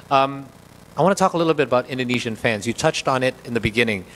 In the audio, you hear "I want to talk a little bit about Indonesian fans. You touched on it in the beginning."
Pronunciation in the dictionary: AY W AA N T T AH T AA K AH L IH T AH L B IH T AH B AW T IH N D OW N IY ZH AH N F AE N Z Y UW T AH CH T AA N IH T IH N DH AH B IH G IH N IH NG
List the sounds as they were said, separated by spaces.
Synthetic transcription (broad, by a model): AY W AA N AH T AA K AH L IH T L B IH T AH B AW T IH N D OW N IY ZH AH N F AE N Z Y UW T AH CH T N IH T IH N DH AH B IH G IH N IH NG